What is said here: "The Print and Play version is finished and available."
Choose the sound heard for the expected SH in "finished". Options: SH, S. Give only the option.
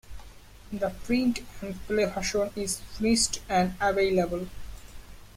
S